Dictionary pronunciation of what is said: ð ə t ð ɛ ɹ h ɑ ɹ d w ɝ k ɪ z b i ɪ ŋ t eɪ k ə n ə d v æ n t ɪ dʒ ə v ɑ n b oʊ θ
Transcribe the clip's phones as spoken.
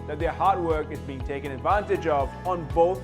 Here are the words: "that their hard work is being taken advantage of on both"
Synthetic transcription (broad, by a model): ð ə t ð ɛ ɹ h ɑ ɹ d w ɝ k ɪ z b i ɪ ŋ t eɪ k ə n ə d v æ n t ɪ dʒ ə v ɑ n b oʊ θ